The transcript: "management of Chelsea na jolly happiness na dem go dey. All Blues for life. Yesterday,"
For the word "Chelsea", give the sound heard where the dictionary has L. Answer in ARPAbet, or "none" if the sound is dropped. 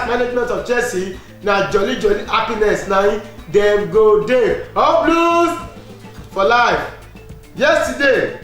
none